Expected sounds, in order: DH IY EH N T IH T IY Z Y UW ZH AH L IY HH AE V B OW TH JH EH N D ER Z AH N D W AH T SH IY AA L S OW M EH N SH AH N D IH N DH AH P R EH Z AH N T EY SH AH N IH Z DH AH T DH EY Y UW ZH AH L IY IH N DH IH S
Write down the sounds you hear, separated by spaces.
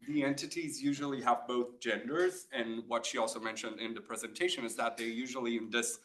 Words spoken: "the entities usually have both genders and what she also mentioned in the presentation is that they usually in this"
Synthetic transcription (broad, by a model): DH IY EH N T IH T IY Z Y UW ZH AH L IY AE V B OW TH JH EH N D ER Z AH N W AH T SH IY AA L S OW M EH N SH AH N D IH N DH AH P R EH Z AH N T EY SH AH N IH Z DH AH T DH EY Y UW ZH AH L IY IH N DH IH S